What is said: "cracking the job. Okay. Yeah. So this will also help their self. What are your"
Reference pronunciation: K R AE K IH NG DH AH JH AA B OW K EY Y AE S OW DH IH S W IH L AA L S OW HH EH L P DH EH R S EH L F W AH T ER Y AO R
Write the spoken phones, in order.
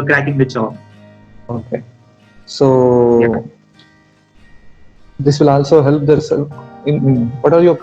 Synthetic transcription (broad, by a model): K R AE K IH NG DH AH CH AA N OW K EY S OW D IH S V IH L AA L S OW HH EH L P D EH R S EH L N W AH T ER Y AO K